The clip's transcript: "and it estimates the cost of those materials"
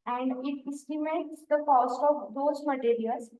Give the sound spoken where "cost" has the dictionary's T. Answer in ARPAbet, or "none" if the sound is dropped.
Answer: T